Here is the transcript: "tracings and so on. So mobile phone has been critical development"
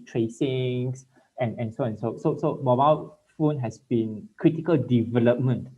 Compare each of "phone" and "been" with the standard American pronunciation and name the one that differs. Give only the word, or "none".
none